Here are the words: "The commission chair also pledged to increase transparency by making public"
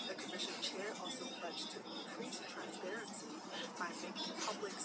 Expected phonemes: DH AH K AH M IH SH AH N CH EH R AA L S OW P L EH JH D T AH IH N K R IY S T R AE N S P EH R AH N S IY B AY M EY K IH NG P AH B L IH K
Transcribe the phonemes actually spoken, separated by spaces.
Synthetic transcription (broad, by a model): DH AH K AH M IH SH AH N CH EH R AA L S OW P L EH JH T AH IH K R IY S T R AE N S P EH R AH N S IY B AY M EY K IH P AH B L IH K